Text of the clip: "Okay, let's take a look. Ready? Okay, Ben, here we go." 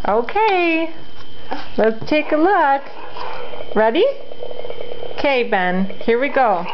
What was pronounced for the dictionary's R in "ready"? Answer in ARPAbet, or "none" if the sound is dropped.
R